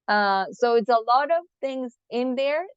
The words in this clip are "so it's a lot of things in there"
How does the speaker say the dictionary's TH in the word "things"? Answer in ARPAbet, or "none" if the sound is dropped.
TH